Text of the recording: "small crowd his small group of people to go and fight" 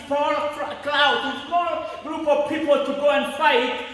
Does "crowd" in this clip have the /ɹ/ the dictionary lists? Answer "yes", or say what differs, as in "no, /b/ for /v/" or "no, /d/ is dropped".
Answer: no, /l/ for /ɹ/